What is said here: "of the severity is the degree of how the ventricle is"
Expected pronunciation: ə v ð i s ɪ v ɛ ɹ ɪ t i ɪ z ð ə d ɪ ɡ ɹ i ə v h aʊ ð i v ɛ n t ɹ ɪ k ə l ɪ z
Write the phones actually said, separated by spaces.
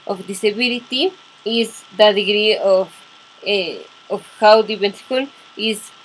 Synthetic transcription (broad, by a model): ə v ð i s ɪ b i l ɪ t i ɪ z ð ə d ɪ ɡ ɹ i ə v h aʊ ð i b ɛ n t ɪ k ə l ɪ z